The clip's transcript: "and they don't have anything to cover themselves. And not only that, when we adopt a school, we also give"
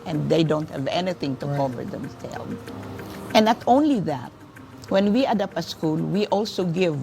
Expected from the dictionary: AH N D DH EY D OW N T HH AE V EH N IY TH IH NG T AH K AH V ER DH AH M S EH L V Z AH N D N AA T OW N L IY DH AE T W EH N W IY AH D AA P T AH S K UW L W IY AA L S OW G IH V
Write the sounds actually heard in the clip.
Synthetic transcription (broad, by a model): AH N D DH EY D OW N T HH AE V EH N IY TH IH NG T AH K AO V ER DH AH M S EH L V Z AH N N AA T OW N L IY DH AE T W EH N W IY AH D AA P AH S K UW L W IY AA L S OW G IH V